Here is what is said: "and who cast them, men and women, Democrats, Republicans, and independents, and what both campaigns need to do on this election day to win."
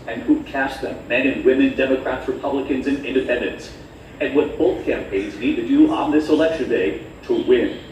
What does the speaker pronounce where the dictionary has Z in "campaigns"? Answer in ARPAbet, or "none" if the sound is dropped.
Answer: Z